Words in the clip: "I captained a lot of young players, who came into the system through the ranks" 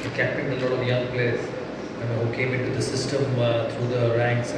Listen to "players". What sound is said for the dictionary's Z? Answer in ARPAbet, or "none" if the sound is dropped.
none